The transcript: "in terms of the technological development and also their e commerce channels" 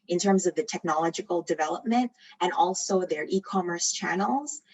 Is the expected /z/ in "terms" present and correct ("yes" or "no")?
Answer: yes